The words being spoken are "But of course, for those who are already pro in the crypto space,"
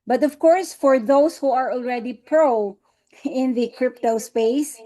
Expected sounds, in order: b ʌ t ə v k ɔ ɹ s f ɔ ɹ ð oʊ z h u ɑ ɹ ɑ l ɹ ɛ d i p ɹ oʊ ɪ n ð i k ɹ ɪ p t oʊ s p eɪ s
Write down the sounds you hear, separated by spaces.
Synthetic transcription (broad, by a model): b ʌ t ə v k ɔ ɹ s f ɔ ɹ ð oʊ s h u ɑ ɹ ɑ l ɹ ɛ d i p ɹ oʊ ɪ n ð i k ɹ ɪ p t oʊ s p eɪ s